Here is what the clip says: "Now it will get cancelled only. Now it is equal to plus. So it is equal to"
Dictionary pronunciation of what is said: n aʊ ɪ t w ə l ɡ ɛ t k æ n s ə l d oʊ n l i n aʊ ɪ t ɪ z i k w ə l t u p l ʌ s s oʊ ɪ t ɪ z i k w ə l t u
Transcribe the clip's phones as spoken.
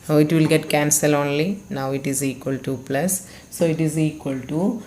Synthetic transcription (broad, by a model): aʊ ɪ t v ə l ɡ ɛ t k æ n s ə l oʊ n l i n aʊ ɪ t ɪ z i k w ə l t u p l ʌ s s oʊ ɪ t ɪ z i k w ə l t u